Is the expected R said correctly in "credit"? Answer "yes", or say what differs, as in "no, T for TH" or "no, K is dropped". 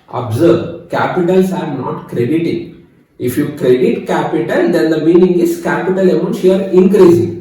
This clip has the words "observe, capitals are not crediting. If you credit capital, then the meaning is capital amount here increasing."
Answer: yes